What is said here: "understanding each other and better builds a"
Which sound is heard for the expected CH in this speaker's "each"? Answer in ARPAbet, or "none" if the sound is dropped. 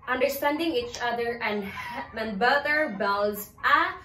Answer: CH